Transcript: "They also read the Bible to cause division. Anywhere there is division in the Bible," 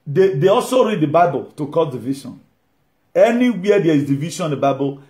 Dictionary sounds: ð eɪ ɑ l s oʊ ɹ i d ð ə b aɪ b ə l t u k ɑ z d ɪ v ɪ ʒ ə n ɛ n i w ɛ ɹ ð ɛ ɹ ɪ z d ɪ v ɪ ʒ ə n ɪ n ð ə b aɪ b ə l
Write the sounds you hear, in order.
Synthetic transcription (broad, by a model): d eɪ ɑ l s oʊ ɹ i d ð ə b aɪ b ə l t u k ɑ d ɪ v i ʃ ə n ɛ n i w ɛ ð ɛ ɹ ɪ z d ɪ v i ʃ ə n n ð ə b aɪ b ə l